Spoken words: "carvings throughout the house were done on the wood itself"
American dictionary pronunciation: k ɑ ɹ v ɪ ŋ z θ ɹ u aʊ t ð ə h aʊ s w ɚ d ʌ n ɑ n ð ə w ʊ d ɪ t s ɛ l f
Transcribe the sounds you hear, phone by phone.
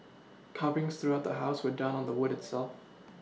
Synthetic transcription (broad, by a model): k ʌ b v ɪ ŋ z θ ɹ u aʊ t ð ə h aʊ s w ɚ d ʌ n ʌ n ð ə w ʊ d ɪ t s ɛ l f